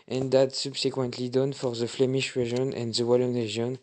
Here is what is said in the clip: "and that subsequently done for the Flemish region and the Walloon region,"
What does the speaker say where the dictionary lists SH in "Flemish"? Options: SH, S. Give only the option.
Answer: SH